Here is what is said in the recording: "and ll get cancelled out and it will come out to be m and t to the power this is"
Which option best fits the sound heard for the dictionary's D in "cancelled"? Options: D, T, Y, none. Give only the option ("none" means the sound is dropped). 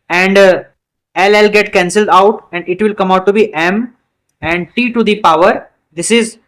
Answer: D